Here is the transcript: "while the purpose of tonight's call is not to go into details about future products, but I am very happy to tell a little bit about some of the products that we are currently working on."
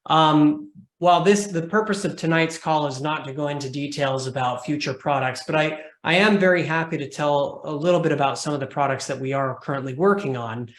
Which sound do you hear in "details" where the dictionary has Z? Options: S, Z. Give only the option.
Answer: Z